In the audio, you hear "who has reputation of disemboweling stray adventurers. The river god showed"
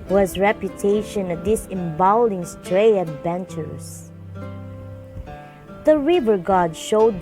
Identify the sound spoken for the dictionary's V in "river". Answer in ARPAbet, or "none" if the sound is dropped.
V